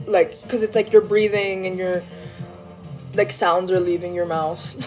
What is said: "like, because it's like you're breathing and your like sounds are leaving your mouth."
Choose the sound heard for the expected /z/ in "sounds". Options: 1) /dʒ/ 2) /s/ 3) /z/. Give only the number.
3